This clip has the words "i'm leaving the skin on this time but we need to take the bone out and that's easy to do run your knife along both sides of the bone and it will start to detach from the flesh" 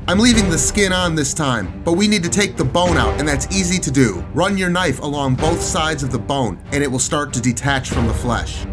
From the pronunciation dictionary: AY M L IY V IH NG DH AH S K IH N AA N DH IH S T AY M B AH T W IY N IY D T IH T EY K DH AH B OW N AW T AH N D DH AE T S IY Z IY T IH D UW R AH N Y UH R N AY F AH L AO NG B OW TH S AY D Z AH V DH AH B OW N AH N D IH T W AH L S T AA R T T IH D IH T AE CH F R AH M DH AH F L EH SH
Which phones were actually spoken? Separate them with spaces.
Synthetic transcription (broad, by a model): AY M L IY V IH NG DH AH S K IH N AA N DH IH S T AY M B AH T W IY N IY D T IH T EY K DH AH B OW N AW T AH N DH AE T S IY Z IY T IH D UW R AH N Y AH R N AY F AH L AO NG B OW TH S AY D Z AH V DH AH B OW N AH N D IH T W AH L S T AA R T T IH D IH T AE CH F R AH M DH AH F L EH SH